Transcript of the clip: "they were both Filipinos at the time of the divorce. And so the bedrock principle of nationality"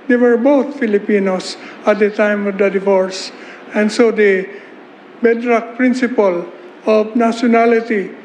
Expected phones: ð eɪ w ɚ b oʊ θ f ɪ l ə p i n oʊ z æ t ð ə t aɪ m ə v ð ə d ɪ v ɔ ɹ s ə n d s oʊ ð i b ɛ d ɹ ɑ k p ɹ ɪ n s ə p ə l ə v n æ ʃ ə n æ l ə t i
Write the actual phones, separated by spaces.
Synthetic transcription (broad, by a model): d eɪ w ɚ b oʊ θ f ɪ l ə p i n oʊ s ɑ t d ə t aɪ m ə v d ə d ɪ v ɔ ɹ s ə n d s oʊ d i b ɛ d ɹ ɑ k p ɹ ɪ n s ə p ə l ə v n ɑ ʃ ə n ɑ l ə t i